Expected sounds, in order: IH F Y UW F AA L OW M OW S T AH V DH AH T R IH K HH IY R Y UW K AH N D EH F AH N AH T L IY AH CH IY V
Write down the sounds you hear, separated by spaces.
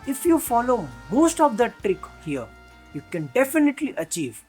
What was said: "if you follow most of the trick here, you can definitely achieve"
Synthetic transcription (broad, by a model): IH F Y UW F AA L OW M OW S T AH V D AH T R IH K HH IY R Y UW K AH N D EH F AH N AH T L IY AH CH IY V